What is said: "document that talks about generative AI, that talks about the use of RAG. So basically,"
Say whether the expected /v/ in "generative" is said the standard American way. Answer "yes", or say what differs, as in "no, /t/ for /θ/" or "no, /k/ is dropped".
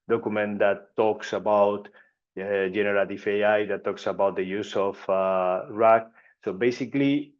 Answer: no, /f/ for /v/